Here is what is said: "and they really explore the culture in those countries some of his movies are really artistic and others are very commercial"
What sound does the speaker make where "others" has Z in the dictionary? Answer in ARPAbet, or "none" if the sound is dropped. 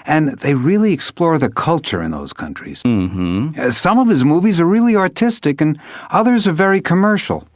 Z